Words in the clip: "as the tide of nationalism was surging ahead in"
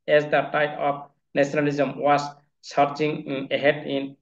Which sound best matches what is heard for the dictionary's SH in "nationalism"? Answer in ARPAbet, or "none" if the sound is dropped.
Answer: S